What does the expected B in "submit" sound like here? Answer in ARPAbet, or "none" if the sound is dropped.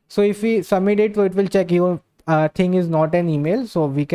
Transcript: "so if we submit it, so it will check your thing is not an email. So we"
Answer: none